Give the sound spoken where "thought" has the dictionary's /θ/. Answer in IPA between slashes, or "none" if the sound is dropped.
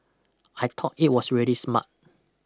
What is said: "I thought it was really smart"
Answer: /t/